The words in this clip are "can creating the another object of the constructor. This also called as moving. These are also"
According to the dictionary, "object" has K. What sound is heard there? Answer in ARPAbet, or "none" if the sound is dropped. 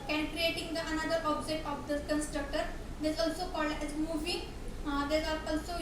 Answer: none